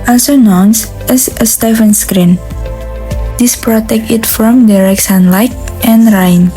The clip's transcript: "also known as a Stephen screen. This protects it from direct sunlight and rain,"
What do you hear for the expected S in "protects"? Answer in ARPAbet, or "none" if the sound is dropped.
none